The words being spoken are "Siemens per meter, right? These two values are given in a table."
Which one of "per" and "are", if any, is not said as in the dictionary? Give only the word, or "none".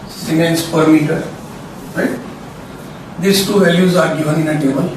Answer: none